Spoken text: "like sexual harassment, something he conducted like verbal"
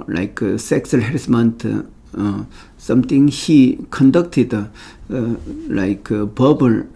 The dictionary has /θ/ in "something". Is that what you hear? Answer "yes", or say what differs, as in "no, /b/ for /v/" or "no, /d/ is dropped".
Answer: no, /t/ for /θ/